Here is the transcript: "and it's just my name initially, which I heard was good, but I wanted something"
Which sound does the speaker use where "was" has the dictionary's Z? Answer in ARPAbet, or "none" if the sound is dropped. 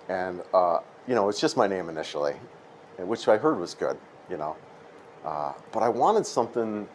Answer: Z